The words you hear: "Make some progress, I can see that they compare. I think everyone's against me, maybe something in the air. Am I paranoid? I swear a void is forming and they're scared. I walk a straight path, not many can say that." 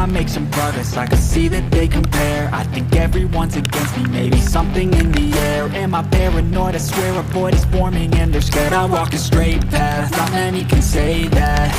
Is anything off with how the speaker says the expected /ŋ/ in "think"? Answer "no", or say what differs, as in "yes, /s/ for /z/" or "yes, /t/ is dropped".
no